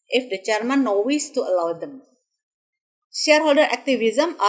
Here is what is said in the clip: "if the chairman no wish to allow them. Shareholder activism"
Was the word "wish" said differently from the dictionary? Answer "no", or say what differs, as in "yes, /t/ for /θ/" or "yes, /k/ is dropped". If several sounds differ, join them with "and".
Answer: yes, /s/ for /ʃ/